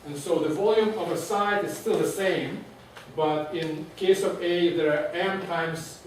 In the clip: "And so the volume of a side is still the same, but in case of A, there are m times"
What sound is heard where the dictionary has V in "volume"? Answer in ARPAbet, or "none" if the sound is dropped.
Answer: V